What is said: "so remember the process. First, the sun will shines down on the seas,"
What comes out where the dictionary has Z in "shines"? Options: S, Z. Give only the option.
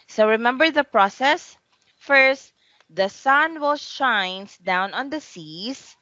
S